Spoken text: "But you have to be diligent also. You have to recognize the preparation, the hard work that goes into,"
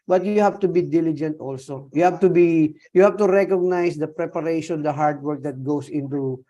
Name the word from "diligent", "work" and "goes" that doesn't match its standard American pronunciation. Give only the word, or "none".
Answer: goes